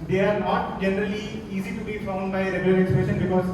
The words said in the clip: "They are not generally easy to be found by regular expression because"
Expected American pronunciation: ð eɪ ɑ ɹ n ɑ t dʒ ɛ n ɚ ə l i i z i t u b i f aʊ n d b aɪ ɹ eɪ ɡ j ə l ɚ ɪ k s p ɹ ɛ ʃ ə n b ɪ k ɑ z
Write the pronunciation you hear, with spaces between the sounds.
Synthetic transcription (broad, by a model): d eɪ ɑ ɹ n ɑ t dʒ ɛ n ɚ ə l i i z i t u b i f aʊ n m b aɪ ɹ eɪ ɡ j ə l ɚ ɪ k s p ɛ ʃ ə n b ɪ k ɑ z